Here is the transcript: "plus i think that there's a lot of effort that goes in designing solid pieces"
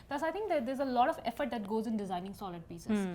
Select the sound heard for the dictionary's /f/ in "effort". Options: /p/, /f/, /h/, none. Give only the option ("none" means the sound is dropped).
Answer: /f/